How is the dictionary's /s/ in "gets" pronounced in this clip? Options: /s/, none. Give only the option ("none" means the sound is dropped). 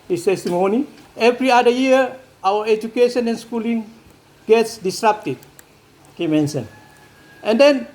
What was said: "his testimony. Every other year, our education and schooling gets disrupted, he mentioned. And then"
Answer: /s/